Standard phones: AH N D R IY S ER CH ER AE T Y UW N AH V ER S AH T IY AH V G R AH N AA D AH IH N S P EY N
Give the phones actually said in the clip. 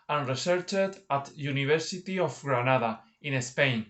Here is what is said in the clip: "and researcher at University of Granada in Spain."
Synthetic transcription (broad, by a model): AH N R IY S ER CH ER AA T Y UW N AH B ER S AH T IY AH F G R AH N AA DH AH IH N S P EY N